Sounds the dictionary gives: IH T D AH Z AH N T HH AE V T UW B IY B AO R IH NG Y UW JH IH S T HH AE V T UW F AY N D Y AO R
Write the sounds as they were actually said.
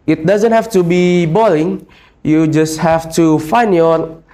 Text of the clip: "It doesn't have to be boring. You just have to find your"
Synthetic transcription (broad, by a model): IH T D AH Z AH N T HH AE F T UW B IY B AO L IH NG Y UW JH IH S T HH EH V T UW F AY N D Y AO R